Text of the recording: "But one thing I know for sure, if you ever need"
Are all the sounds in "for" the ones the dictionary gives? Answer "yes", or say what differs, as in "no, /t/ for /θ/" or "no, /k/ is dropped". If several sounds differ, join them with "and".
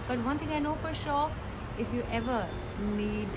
yes